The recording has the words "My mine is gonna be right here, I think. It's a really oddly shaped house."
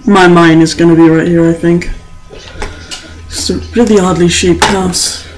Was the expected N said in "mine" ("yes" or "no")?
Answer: yes